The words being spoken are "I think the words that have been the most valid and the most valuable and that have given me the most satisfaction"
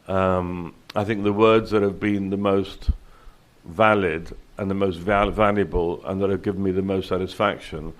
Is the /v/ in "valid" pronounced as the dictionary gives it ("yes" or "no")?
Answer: yes